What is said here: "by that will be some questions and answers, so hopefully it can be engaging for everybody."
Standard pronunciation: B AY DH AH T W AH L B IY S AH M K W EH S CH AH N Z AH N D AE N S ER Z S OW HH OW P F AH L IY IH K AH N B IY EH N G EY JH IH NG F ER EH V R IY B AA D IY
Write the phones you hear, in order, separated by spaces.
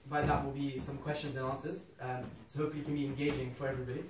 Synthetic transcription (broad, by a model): B AY DH AH T W AH L B IY S AH M K W EH S CH AH N Z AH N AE N S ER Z S OW HH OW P F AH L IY K AH N B IY EH N G EY JH IH NG F ER EH V R IY B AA D IY